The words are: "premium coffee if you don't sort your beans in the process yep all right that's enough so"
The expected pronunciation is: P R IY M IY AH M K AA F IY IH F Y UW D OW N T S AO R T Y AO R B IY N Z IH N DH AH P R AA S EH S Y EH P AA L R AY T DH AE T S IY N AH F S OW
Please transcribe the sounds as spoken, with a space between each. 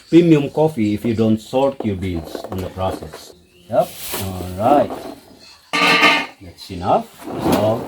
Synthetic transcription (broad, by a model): P R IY M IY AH M K AA F IY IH F Y UW D OW N T S AO R T Y AO R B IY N S IH N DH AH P R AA S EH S Y EH P AA L R AY T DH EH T S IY N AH F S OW